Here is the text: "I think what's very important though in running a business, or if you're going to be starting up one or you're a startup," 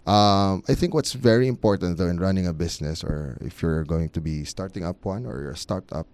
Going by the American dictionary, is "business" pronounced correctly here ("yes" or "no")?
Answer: no